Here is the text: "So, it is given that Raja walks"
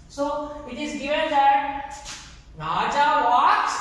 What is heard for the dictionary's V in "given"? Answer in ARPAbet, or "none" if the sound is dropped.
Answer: none